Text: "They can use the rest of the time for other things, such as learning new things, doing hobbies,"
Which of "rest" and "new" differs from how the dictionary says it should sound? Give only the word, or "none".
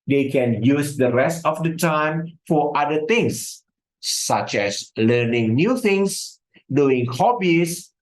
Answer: none